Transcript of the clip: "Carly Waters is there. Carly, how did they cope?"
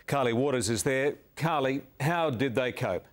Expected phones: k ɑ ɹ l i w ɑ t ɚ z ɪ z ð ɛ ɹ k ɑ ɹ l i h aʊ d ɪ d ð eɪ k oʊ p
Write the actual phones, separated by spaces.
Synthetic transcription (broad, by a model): k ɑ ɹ l i w ɑ t ɚ z ɪ z ð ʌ ɹ k ɑ ɹ l i h aʊ d ɪ d ð eɪ k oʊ p